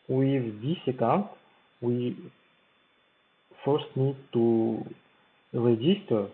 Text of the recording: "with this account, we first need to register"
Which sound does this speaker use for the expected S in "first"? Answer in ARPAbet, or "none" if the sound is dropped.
S